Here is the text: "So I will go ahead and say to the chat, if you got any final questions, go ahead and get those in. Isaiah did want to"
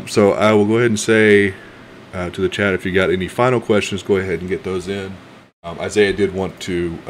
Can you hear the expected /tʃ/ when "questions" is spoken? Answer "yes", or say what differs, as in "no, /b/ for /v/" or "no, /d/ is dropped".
yes